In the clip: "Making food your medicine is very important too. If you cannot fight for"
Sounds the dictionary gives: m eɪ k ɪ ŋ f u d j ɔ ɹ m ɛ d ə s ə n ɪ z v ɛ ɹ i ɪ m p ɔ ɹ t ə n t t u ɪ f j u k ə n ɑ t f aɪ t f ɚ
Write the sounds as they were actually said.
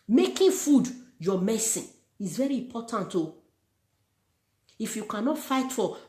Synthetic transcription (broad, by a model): m eɪ k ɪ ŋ f u d j ɔ m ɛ s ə ɪ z v ɛ ɹ i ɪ m p ɔ t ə n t t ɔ ɪ f j u k ə n ɑ t f aɪ t f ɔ